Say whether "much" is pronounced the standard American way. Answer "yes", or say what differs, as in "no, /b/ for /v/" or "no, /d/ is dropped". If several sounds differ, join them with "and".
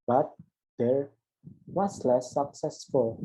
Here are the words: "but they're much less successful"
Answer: no, /s/ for /tʃ/